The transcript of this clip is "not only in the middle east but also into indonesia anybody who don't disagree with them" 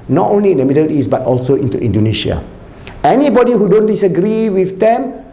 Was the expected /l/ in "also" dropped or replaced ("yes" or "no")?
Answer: no